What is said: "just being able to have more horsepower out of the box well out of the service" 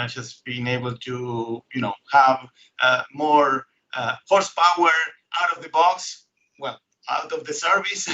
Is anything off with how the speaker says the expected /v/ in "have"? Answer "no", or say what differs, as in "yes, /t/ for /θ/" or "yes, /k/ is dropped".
no